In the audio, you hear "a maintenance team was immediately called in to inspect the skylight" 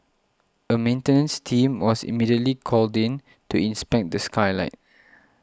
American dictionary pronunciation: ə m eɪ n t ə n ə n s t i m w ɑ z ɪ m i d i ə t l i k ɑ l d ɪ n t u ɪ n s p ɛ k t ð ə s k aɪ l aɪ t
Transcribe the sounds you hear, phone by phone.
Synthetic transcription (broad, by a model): ə m eɪ n t ə n ə n s t i m w ɑ s ɪ m i d i ə t l i k ɑ l d ɪ n t u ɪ n s p ɛ k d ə s k aɪ l aɪ t